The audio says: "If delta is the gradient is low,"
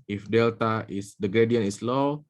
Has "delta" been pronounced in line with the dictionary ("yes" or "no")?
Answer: yes